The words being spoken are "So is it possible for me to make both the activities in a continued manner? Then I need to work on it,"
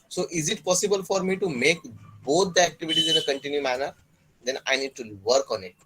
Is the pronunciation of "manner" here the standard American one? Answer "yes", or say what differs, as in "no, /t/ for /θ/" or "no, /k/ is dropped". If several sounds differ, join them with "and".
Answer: yes